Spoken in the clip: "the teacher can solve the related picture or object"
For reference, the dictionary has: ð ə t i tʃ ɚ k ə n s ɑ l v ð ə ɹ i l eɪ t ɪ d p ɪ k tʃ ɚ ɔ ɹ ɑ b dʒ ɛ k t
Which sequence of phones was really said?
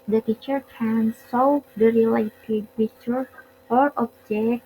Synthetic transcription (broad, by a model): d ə t i tʃ ɚ k ə n s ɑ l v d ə ɹ i l eɪ t ɪ d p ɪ tʃ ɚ ɔ ɹ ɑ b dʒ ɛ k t